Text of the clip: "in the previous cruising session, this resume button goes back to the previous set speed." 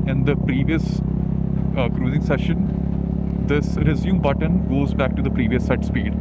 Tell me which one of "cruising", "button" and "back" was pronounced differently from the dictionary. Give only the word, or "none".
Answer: none